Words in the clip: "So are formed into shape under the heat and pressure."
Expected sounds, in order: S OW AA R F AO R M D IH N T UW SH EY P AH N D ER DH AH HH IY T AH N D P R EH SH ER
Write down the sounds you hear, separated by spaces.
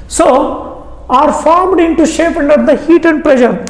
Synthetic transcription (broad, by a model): S OW AA R F AO R M D IH N T UW SH EY P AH N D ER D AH HH IY T AH N D P R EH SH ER